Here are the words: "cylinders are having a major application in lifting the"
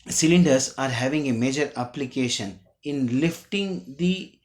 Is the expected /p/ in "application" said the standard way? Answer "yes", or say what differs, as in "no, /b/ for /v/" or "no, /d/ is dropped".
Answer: yes